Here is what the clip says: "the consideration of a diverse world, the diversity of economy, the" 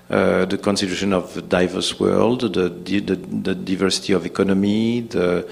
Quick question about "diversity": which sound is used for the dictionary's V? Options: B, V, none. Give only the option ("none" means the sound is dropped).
V